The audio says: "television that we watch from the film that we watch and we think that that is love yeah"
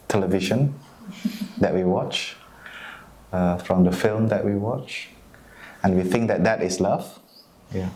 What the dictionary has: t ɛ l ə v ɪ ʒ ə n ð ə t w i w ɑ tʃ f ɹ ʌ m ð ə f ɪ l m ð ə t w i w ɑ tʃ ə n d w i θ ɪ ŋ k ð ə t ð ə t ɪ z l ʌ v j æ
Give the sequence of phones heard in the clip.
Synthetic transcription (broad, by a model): t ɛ l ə v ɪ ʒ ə n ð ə t w i w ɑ tʃ f ɹ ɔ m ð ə f ɪ l m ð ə t w i w ɑ tʃ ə n w i θ ɪ ŋ k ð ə t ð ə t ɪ s l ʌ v j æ